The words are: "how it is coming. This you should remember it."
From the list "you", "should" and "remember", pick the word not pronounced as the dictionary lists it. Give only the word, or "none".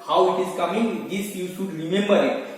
should